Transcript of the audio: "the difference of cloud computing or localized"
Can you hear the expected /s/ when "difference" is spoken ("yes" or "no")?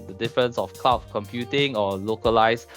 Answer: yes